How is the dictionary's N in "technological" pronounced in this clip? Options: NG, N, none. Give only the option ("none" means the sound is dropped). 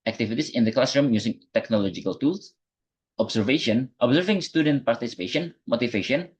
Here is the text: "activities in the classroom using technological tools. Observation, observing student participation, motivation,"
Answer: N